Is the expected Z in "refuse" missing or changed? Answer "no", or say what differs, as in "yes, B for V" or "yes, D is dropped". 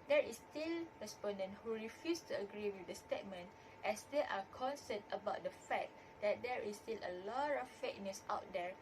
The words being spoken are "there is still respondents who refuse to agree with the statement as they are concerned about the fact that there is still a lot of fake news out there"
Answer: yes, S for Z